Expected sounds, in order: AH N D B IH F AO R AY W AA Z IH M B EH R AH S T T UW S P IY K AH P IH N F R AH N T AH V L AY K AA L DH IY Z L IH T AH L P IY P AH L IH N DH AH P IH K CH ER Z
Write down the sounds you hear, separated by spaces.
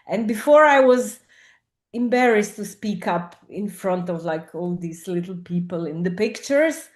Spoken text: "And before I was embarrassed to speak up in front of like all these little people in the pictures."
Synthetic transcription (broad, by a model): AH N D B IH F AO R AY W AA Z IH M B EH R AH S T T UW S P IY K AH P IH N F R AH N T AH V L AY K AA L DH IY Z L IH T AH L P IY P AH L IH N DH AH P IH K CH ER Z